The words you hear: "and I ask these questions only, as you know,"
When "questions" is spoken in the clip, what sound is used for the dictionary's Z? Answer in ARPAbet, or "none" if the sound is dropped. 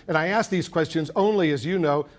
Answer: Z